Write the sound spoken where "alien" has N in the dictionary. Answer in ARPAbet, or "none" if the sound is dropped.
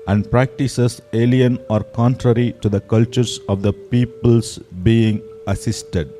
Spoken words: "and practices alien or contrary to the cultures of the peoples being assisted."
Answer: N